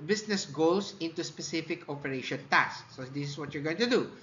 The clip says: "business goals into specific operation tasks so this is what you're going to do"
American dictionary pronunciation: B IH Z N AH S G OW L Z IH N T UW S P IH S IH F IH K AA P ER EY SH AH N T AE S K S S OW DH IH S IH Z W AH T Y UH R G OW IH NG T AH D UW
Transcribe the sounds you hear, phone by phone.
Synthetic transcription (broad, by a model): B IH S N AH S G OW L S IH N T UW S P IH S IH F IH K AA P ER EY SH AH N T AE K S S OW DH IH S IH S W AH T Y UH R G OW IH NG T AH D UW